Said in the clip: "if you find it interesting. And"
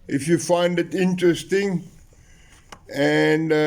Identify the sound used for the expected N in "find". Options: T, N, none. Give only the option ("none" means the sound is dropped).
N